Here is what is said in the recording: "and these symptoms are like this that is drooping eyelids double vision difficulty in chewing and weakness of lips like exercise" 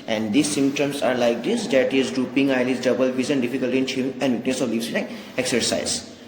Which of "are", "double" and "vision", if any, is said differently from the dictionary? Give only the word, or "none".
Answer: vision